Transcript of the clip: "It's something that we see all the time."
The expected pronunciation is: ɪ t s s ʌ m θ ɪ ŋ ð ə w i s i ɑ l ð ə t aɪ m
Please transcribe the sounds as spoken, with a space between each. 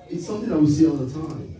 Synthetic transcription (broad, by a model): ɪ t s s ʌ m θ ɪ ŋ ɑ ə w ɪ s i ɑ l ð ə t aɪ m